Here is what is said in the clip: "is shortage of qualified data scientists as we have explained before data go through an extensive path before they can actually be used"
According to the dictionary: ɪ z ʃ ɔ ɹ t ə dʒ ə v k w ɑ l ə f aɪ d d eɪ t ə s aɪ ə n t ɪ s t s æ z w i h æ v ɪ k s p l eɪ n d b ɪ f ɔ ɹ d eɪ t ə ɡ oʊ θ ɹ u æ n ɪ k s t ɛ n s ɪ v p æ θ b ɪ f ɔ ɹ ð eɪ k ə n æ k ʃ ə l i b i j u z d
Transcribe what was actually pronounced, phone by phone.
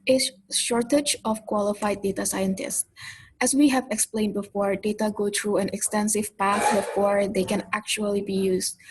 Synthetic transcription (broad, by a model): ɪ ʃ ɔ ɹ t ə dʒ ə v k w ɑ l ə f aɪ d d eɪ t ə s aɪ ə n t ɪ s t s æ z w i h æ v ɪ k s p l eɪ n d b ɪ f ɔ ɹ d eɪ t ə ɡ oʊ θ ɹ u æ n ɪ k s t ɛ n s ɪ v p æ θ b ɪ f ɔ ɹ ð eɪ k ə n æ k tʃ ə l i b i j u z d